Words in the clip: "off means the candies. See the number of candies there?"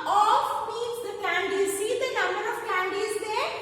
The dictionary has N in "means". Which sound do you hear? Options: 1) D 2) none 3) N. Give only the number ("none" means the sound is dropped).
2